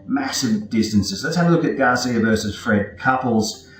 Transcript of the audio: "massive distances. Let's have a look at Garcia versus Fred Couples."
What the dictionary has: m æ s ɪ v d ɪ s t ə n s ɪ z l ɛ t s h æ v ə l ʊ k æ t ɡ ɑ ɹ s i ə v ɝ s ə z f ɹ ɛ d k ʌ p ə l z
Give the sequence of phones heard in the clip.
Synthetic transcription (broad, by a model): m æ s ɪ v d ɪ s t ə n s ɪ z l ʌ t s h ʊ w ə l ʊ k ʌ t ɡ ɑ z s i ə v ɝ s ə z f ɹ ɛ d k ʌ p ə l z